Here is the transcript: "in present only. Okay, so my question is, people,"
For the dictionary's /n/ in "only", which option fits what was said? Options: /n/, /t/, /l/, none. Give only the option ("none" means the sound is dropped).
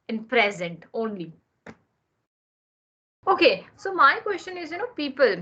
/n/